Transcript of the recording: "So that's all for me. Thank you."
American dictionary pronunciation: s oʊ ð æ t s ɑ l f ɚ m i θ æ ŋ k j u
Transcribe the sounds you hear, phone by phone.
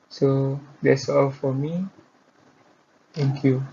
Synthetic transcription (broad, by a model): s oʊ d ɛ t s ɑ l f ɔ m i t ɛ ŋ k j u